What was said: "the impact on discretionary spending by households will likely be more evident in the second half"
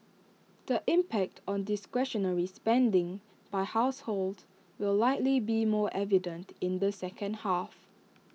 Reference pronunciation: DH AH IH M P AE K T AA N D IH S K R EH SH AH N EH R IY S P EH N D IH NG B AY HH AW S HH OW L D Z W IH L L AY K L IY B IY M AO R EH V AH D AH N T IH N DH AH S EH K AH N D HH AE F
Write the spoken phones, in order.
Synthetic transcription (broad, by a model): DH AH IH M P AE K T AA N D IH S K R EH SH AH N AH R IY S P EH N D IH NG B AY HH AW S HH OW L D W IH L L AY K L IY B IY M AO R EH V AH D AH N T IH N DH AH S EH K AH N D HH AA F